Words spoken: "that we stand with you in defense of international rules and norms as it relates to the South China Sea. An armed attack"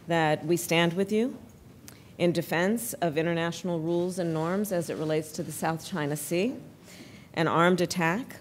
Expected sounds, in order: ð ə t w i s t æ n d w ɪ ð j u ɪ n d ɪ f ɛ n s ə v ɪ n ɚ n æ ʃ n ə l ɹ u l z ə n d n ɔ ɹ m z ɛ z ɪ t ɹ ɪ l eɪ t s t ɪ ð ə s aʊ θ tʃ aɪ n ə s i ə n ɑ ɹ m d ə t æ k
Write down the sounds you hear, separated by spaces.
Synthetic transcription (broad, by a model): ð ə t w i s t æ n d w ɪ ð j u ɪ n d ɪ f ɛ n s ə v ɪ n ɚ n æ ʃ n l ɹ u l z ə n n ɔ ɹ m z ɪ z ɪ t ɹ ɪ l eɪ t s t ɪ ð ə s aʊ θ tʃ aɪ n ə s i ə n ɑ ɹ m d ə t æ k